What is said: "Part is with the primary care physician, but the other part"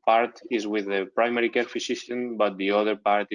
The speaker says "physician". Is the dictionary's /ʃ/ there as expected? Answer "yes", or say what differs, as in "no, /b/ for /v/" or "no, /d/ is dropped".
no, /s/ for /ʃ/